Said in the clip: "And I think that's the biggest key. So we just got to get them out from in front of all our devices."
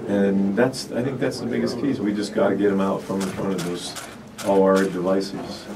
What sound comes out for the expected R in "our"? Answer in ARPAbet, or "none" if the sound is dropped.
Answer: L